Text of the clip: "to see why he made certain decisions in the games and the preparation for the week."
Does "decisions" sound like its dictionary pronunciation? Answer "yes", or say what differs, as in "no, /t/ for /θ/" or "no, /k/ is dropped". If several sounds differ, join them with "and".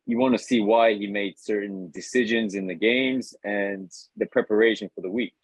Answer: yes